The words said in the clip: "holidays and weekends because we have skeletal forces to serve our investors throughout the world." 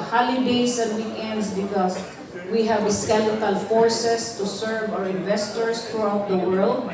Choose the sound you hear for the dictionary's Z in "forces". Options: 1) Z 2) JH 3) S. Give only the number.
3